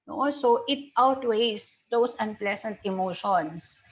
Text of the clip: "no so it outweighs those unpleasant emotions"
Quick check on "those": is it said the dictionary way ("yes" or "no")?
no